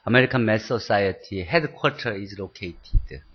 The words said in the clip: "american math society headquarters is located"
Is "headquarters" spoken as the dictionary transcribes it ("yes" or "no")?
no